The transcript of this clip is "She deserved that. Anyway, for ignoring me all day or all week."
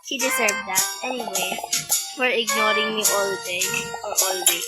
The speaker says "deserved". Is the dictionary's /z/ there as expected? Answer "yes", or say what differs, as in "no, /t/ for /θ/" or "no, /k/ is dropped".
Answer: no, /s/ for /z/